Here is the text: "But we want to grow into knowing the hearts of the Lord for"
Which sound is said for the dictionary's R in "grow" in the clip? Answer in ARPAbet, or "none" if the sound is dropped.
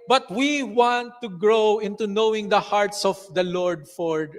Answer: R